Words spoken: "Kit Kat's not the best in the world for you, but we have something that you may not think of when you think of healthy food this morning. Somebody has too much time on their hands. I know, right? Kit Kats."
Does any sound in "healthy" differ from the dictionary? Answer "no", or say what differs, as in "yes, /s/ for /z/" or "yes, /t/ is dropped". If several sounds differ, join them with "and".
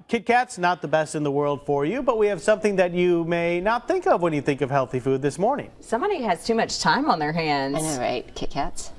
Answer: no